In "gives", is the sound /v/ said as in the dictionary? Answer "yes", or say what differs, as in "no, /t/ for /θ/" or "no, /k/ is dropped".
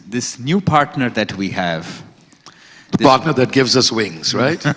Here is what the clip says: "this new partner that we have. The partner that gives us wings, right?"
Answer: yes